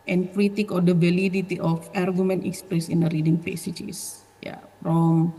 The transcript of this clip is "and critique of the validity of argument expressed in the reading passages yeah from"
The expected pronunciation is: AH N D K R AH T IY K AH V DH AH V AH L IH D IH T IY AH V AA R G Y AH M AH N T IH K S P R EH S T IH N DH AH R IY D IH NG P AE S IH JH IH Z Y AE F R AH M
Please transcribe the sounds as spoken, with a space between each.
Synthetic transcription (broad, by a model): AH N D K R AH T IY K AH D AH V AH L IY D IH T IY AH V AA R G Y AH M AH N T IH K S P R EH S IH N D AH R IY D IH NG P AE S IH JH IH S Y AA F R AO M